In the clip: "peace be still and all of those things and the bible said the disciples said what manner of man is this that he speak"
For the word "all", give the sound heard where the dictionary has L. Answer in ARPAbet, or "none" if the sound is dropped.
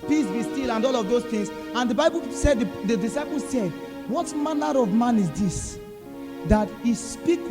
L